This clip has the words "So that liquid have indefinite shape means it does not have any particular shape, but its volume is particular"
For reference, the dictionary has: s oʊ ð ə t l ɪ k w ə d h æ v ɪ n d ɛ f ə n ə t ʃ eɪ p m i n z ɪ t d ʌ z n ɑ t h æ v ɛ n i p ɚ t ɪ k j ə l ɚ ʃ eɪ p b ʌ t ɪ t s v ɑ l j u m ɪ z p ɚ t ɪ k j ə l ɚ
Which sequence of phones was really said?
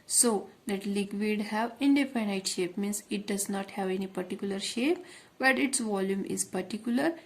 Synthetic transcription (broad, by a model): s oʊ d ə t l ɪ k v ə d h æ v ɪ n d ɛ p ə n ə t ʃ eɪ p m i n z ɪ t d ʌ z n ɑ t h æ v ɛ n i p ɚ t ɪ k j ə l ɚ ʃ eɪ p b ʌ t ɪ t s v ɑ l j u m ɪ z p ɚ t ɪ k j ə l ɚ